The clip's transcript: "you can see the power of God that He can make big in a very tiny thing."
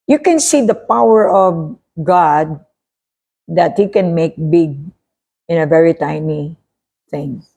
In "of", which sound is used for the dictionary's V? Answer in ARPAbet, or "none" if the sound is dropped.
V